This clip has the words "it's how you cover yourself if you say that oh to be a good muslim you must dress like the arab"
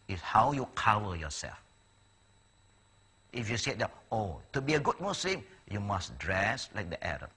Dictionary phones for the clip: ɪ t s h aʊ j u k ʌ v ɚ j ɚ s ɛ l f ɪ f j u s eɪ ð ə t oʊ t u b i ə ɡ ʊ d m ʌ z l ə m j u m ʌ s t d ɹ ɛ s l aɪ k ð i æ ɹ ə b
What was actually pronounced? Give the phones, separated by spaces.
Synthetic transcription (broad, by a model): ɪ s h aʊ j u k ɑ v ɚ j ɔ s ɛ l f ɪ f j u s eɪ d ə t oʊ t u b i ə ɡ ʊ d m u s l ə m j u m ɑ s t d ɹ ɛ s l aɪ k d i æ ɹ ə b